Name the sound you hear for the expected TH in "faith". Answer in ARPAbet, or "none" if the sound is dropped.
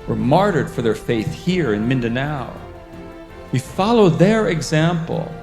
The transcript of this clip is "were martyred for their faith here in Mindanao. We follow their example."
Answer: TH